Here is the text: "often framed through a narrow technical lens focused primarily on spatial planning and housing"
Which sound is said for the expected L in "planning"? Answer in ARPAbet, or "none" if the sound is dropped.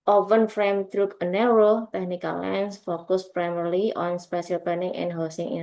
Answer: none